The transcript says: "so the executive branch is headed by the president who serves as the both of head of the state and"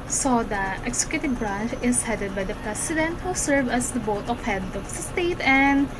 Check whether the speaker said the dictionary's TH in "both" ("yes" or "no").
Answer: no